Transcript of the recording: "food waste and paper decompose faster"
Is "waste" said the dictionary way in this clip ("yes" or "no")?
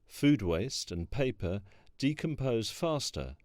yes